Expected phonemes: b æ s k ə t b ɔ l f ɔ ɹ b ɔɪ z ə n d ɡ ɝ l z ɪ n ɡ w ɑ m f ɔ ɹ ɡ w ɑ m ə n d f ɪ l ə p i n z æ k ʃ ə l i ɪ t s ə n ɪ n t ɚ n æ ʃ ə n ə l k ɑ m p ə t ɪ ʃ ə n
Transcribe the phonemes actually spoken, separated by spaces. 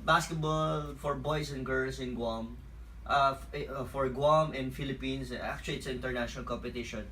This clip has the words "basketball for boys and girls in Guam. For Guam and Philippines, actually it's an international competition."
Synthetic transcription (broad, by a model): b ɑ s k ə t b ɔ l f ɔ ɹ b ɔɪ s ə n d ɡ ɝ l s ɪ n ɡ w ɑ m f ɔ ɹ ɡ w ɑ m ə n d f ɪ l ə p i n s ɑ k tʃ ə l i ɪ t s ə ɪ n t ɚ n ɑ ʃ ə n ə l k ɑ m p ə t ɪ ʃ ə n